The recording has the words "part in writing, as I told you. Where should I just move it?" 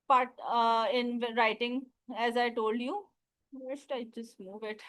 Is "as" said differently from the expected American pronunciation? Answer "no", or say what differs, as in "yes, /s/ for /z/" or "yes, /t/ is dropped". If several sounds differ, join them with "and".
no